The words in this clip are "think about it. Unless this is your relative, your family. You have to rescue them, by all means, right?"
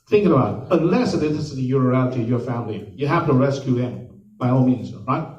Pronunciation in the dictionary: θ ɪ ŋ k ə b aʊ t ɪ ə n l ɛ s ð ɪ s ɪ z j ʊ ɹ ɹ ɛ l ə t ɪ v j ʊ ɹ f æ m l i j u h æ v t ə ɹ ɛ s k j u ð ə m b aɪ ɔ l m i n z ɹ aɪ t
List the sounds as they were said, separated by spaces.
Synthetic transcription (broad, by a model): θ ɪ ŋ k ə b aʊ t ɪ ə n l ɛ s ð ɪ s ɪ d j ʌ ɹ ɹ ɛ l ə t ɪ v j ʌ ɹ f æ m l i j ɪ h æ f t ə ɹ ɛ s k j u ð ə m b aɪ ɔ n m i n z ɹ aɪ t